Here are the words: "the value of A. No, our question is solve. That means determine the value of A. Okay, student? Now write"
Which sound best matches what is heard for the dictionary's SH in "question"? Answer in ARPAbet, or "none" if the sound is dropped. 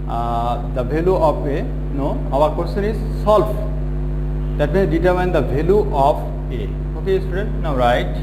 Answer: S